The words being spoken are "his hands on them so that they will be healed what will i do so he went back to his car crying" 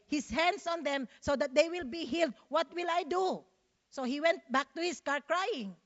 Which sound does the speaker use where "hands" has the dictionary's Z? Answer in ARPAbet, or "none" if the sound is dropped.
S